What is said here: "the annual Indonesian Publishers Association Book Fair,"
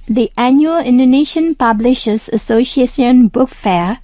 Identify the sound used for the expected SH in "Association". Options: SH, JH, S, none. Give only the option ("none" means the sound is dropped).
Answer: S